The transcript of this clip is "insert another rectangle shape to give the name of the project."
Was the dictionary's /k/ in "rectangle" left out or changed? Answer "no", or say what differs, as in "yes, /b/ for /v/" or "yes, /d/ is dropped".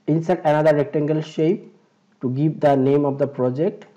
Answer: no